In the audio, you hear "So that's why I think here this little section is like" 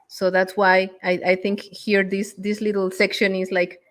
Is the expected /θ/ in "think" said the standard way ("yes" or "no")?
yes